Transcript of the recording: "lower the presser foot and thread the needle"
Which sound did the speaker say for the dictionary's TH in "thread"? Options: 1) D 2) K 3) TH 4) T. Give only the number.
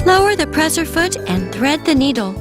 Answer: 3